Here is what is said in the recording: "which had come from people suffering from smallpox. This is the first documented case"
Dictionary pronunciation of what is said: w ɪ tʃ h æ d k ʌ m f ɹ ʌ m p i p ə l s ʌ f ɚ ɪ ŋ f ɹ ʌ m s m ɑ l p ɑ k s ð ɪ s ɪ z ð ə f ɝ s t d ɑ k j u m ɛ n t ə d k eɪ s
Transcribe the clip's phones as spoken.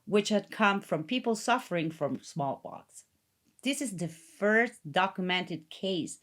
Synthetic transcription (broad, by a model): w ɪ tʃ h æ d k ʌ m f ɹ ʌ m p i p l s ʌ f ɚ ɪ ŋ f ɹ ʌ m s m ɑ l b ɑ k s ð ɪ s ɪ z ð ə f ɝ s t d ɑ k j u m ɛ n t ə d k eɪ s